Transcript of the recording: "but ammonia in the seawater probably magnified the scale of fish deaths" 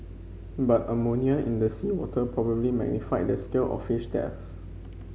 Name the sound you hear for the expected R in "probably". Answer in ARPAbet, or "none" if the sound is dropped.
R